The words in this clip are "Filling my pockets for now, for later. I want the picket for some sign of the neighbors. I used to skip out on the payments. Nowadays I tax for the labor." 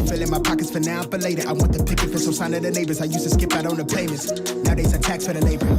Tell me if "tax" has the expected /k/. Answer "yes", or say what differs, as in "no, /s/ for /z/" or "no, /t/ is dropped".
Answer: yes